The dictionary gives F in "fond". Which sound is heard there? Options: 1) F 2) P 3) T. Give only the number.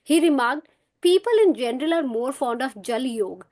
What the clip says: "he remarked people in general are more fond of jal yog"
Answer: 1